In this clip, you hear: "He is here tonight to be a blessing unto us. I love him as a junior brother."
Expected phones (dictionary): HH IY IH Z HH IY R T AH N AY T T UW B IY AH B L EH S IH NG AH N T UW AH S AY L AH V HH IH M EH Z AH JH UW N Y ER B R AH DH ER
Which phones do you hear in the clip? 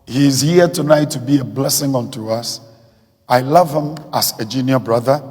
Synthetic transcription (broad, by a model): HH IY IH Z HH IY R T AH N AY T T UW B IY AH B L EH S IH NG AH N T UW AH S AY L AH V HH IH M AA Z AH JH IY N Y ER B R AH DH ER